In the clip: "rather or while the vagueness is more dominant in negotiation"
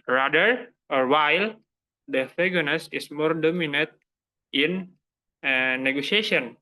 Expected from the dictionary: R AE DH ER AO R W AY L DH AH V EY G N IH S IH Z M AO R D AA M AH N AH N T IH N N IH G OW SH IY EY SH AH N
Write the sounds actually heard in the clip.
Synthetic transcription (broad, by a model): R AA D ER AO R W AY L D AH F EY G N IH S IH S M AO R D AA M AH N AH T IH N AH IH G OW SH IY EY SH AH N